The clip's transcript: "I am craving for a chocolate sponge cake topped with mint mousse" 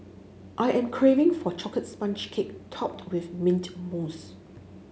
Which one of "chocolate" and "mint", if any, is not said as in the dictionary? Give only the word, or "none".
chocolate